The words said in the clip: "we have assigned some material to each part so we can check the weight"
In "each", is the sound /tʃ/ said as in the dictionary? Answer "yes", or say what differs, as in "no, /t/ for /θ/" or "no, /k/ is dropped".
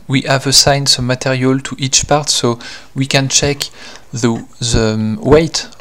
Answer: yes